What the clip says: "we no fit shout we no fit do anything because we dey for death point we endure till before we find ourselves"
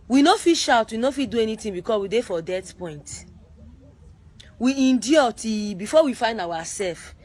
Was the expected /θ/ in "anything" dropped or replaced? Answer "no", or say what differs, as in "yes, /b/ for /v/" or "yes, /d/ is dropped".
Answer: yes, /t/ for /θ/